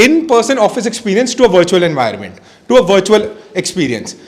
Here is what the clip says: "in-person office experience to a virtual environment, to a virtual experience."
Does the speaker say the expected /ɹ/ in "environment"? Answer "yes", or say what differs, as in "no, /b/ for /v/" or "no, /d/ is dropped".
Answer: no, /ɹ/ is dropped